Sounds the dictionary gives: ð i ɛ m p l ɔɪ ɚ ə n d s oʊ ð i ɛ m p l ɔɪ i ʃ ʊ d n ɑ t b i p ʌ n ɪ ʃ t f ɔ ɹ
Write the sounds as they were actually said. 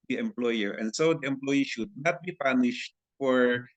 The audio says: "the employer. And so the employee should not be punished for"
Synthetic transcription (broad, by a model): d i ɛ m p l ɔɪ ɚ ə n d s oʊ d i ɛ m p l ɔɪ i ʃ ʊ d n ɑ t b i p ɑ n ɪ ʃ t f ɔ ɹ